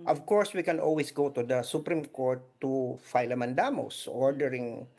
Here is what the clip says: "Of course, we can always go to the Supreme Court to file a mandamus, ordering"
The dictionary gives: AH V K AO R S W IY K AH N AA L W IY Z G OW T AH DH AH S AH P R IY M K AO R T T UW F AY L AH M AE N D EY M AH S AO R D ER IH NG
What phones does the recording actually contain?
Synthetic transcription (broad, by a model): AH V K AO R S W IY K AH N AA L W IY S G OW T AH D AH S AH P R IY M K AO R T T UW F AY L AH M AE N D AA M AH S AO R D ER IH NG